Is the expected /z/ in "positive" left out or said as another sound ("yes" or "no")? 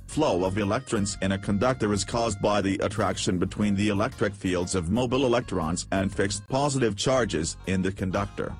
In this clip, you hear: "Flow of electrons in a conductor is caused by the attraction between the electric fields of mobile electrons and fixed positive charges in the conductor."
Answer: no